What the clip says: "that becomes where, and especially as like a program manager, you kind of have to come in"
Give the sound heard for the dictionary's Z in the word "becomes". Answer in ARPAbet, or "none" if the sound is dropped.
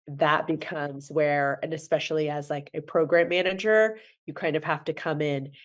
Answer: Z